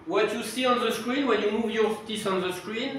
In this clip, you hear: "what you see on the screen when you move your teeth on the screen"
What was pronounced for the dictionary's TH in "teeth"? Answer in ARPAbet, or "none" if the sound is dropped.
S